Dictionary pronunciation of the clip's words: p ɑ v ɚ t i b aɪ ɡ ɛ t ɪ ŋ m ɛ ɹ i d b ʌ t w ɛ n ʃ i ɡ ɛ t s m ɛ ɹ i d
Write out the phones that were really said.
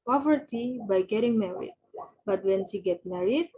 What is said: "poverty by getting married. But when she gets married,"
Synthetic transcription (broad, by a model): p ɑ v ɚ t i b aɪ ɡ ɛ t ɪ ŋ m ɛ ɹ i d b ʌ t w ɛ n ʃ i ɡ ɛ t m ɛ ɹ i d